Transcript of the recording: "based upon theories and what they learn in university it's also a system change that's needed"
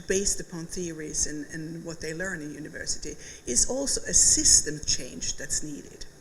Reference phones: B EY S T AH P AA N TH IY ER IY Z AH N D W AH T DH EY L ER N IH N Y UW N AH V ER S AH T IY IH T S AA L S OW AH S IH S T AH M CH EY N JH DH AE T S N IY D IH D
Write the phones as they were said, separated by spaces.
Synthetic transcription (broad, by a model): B EY S T AH P AA N TH IY ER IY Z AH N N W AH T DH EY L ER N IH N Y UW N AH V ER S AH T IY IH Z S AA L S OW AH S IH S T AH M CH EY N JH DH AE T S N IY D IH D